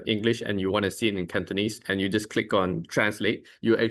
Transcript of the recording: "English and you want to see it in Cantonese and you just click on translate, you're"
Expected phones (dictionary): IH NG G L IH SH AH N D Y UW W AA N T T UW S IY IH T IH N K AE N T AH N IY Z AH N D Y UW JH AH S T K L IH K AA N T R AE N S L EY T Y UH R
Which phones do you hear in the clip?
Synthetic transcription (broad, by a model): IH NG G L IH SH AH N Y UW W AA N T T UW S IY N IH N K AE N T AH N IY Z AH N Y UW JH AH S K L IH K AA N T R AE N S L EY T Y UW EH